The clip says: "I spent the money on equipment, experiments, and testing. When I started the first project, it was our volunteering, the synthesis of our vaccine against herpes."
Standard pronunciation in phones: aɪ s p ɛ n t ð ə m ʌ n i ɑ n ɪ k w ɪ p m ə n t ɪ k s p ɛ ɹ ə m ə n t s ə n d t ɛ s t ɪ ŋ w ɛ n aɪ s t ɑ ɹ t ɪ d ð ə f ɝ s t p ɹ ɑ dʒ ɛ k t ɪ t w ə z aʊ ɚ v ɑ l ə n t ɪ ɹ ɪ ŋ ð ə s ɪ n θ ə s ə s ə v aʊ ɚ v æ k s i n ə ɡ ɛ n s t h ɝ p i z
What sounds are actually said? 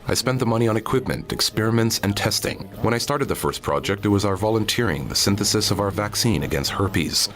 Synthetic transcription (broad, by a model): aɪ s p ɛ n ð ə m ʌ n i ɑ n ɪ k w ɪ p m ə n t ɪ k s p ɛ ɹ ə m ə n t s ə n t ɛ s t ɪ ŋ w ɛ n aɪ s t ɑ ɹ t ɪ d ð ə f ɝ s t p ɹ ɑ dʒ ɛ k t ɪ t w ə z aʊ ɚ v ɑ l ə n t ɪ ɹ ɪ ŋ ð ə s ɪ n θ ə s ə s ə v aʊ ɚ v æ k s i n ə ɡ ɛ n s t h ɝ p i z